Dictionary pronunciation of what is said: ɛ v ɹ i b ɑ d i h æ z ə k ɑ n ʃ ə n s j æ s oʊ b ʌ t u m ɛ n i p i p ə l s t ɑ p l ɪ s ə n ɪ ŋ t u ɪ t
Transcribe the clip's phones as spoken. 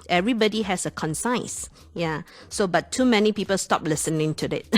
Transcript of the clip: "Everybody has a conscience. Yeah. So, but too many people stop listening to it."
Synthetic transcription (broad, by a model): ɛ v ɹ i b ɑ d i h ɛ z ə k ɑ n s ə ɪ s j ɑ s oʊ b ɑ t u m ɛ n i p i p ə l s t ɑ p l ɪ s ə n ɪ ŋ t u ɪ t